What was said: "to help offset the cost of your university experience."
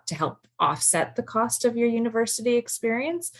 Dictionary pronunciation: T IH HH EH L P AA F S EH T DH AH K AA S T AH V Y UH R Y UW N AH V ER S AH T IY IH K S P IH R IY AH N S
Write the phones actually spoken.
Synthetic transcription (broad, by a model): T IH HH EH L P AA F S EH T DH AH K AA S T AH V Y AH R Y UW N AH V ER S AH T IY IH K S P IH R IY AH N S